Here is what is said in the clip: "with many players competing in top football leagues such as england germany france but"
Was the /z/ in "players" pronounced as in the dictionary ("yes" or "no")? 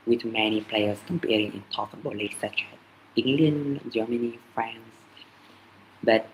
no